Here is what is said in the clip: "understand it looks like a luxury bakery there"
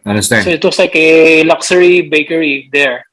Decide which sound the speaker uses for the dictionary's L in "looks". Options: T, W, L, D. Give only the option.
W